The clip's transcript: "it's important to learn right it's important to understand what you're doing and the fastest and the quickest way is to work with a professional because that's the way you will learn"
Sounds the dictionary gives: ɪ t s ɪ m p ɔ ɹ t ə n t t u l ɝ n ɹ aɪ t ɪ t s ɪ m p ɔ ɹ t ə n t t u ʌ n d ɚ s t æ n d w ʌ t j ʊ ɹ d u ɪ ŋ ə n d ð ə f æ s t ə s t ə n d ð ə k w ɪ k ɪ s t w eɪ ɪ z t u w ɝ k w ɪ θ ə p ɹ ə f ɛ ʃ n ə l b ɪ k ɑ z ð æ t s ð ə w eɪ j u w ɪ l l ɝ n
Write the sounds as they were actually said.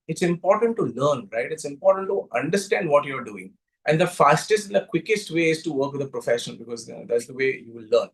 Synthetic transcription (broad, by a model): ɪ t s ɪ m p ɔ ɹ t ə n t t u l ɝ n ɹ aɪ t ɪ t s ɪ m p ɔ ɹ t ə n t t u ʌ n d ɚ s t æ n d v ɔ t j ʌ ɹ d u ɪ ŋ ə n d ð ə f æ s t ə s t ə n d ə k w ɪ k ɪ s t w eɪ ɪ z t u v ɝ k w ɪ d ə p ɹ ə f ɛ ʃ ə n b ɪ k ɑ z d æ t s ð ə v eɪ j u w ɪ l l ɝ n